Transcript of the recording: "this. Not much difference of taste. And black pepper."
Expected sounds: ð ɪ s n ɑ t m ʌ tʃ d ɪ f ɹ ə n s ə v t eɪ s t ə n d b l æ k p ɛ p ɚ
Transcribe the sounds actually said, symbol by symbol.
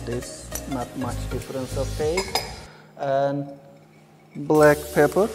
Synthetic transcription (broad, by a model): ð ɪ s n ɑ t m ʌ tʃ d ɪ f ɹ ə n s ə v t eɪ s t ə n b l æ k p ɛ p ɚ